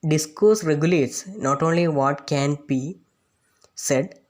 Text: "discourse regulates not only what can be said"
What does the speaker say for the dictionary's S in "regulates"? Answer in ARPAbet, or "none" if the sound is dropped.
S